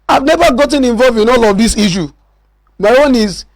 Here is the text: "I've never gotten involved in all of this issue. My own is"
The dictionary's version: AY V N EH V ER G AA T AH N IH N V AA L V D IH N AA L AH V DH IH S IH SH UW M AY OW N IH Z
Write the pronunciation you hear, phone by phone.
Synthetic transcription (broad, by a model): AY V N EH V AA G AA T AH N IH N V AA L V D IH N AA L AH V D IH S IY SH UW M AY OW N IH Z